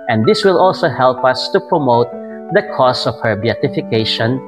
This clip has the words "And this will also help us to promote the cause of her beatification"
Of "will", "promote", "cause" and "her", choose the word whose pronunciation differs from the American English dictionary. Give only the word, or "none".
cause